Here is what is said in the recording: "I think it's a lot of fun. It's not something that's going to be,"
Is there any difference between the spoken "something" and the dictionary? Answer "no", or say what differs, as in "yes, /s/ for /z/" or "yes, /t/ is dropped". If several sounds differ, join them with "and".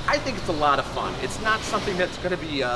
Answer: no